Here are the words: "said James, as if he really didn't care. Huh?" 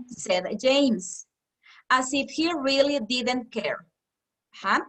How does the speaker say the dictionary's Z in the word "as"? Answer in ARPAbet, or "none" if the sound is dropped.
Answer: S